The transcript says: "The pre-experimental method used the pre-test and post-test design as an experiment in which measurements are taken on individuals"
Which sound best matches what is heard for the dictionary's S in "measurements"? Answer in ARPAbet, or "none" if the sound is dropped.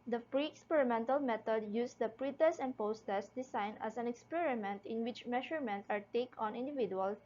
none